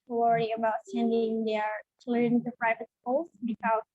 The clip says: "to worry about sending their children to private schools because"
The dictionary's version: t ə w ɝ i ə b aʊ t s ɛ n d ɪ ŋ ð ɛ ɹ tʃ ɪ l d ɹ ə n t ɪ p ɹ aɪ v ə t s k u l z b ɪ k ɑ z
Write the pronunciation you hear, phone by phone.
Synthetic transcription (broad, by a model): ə w ɝ i ə b aʊ t s ɛ n d ɪ ŋ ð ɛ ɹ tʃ l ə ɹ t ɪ p ɹ aɪ v ə t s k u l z b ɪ k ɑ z